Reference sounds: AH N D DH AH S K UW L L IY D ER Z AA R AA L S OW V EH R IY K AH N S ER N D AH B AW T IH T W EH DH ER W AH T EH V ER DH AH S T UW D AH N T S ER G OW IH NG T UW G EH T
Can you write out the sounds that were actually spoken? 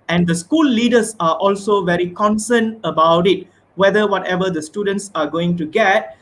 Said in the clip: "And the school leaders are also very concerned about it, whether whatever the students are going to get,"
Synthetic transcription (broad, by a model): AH N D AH S K UW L L IY D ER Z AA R AA L S OW V EH R IY K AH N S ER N AH B AW T IH T W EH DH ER W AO T EH V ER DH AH S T UW D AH N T S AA G OW IH NG T UW G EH T